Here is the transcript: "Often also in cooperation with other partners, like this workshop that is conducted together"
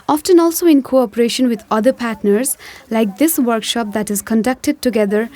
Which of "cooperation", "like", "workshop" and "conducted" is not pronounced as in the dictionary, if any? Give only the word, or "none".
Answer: none